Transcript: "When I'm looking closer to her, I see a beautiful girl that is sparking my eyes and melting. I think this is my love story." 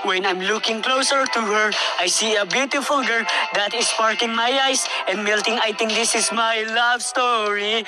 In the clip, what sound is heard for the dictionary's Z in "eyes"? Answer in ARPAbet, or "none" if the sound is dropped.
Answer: S